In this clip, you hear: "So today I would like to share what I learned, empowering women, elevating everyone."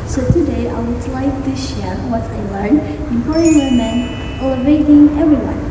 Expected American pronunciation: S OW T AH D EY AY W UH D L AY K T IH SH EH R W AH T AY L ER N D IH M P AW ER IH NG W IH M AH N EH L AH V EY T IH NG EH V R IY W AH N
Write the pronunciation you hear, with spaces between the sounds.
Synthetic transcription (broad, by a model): S OW T AH D EY AY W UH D L AY K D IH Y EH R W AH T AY L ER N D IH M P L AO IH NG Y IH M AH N EH L AH V EY T IH NG EH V R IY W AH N